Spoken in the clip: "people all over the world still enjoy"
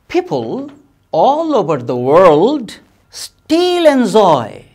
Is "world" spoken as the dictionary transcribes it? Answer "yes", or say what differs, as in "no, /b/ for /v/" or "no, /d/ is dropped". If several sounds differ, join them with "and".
yes